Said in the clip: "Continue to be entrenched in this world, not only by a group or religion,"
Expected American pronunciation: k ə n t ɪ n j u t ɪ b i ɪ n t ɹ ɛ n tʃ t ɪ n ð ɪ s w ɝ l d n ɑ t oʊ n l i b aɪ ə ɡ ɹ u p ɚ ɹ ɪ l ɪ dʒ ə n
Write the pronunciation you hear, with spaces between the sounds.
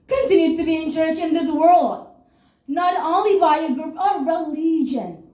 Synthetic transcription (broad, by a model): k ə n t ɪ n j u t ɪ b i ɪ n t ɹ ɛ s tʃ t ɪ n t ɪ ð w ɝ l d n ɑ t oʊ n l i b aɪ ə ɡ ɹ u p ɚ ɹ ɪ l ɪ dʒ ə n